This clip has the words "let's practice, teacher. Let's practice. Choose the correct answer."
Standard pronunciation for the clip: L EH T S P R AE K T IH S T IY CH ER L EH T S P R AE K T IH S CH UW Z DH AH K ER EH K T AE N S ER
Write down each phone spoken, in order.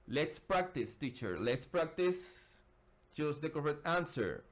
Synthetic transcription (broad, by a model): L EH T S P R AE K T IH S T IY CH ER L EH T S P R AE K T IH S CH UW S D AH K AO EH T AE N S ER